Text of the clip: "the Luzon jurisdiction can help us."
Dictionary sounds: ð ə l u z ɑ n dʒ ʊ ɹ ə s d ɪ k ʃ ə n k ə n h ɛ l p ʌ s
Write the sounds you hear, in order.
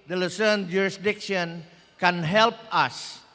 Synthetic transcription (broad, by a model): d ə l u s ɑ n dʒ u ɹ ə s d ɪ k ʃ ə n k ə n h ɛ l p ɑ s